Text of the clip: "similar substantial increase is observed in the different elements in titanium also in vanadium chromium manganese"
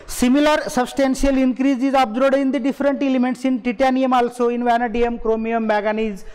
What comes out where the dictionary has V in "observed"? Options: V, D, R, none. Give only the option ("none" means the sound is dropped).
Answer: none